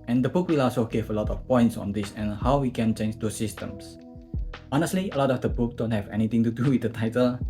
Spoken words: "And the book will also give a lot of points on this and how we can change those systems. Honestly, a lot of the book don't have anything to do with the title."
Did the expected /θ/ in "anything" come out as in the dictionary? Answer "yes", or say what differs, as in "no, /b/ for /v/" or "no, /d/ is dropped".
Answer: no, /t/ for /θ/